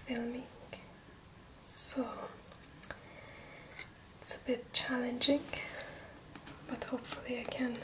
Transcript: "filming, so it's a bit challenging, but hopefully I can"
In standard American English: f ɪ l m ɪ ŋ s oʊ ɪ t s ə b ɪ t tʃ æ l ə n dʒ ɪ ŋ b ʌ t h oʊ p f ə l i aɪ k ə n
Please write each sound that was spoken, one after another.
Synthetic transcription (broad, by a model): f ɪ l m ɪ ŋ s oʊ ɪ t s ə b ɪ t tʃ æ l ə n dʒ ɪ ŋ b ʌ t h oʊ p f ə l i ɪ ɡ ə n